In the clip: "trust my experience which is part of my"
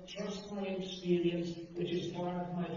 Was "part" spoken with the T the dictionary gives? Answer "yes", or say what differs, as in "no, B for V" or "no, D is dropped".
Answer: no, T is dropped